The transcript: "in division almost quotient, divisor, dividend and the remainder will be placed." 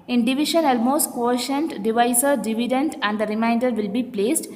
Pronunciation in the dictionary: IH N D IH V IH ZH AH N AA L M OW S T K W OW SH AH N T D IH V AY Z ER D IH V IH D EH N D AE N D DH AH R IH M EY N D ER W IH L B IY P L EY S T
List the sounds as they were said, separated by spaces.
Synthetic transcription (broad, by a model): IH N D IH V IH SH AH N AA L M OW S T K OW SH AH N T D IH V AY S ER D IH V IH D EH N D AE N D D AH R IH M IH N D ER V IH L B IY P L EY S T